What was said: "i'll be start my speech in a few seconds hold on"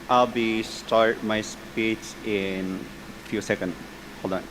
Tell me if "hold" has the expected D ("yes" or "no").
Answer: no